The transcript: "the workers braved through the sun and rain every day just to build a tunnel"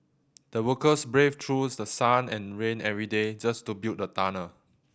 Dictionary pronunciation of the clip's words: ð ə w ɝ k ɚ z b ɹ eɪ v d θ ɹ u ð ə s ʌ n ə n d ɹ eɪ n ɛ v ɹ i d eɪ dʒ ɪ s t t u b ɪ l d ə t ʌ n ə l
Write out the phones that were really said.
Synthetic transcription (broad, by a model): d ə w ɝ k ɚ s b ɹ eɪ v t ɹ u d ə s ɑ n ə n ɹ eɪ n ɛ v ɹ i d eɪ dʒ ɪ s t t u b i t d ə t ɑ n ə